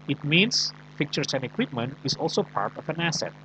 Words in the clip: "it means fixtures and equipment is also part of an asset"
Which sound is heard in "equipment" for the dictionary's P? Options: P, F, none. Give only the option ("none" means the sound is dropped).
P